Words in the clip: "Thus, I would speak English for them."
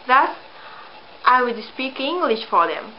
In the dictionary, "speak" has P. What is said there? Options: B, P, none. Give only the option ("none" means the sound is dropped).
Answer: P